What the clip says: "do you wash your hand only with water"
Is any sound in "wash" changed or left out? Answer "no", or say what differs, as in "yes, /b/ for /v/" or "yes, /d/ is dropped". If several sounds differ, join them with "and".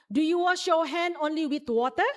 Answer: no